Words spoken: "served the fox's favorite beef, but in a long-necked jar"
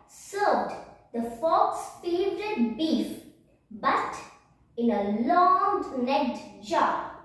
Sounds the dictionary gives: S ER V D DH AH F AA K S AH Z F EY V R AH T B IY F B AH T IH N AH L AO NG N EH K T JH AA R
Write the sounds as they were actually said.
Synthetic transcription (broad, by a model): S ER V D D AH F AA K S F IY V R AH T B IY F B AH T IH N AH L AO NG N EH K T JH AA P